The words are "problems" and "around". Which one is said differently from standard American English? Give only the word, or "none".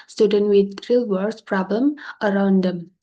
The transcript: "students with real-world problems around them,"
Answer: problems